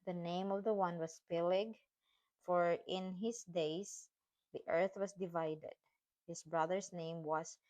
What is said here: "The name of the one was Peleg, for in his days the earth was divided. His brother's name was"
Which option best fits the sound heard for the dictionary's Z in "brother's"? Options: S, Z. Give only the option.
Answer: S